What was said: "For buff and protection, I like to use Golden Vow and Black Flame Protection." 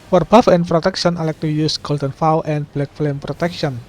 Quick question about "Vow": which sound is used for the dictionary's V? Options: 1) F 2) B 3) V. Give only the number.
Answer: 1